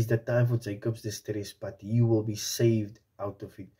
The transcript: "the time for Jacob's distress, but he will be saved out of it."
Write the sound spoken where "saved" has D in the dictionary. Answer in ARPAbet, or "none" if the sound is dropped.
D